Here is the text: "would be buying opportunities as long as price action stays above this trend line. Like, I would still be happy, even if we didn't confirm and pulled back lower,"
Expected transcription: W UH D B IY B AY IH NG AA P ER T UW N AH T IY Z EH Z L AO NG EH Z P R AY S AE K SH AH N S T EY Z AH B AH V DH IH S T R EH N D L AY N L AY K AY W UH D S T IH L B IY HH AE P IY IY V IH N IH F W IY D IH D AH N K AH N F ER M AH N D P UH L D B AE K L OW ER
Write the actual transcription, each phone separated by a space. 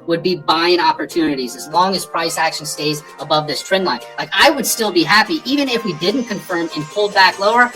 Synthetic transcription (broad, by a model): W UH D B IY B AY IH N AA P ER T UW N AH T IY Z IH Z L AO NG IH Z P R AY S AE K SH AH N S T EY Z AH B AH V DH IH S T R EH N L AY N L AY K AY W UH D S T IH L B IY HH AE P IY IY V IH N IH F W IY D IH D N K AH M F ER M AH N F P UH L D B AE K L OW ER